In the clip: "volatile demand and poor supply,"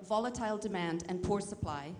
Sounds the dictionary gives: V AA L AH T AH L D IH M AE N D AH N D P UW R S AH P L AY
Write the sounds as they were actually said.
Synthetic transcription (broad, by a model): V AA L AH T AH L D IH M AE N D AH N P UW R S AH P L AY